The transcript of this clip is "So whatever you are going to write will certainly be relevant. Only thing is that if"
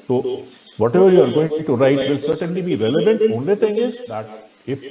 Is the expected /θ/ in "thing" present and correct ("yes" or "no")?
no